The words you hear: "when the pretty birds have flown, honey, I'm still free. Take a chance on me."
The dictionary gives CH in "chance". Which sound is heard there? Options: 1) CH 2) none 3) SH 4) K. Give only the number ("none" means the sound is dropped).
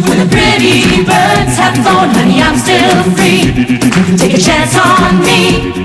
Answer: 1